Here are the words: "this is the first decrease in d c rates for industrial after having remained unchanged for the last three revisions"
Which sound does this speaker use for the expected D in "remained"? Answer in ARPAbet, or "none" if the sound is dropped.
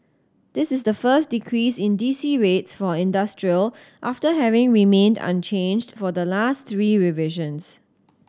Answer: D